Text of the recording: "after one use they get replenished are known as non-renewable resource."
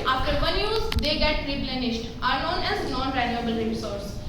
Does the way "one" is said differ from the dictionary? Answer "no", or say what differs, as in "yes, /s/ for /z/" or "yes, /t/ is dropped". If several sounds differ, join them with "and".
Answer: yes, /l/ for /n/